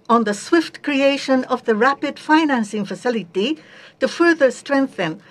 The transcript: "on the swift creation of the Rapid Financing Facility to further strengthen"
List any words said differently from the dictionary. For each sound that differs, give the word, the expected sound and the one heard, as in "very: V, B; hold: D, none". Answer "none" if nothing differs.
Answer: none